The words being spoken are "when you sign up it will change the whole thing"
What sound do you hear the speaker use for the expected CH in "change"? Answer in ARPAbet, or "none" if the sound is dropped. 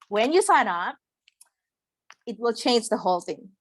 CH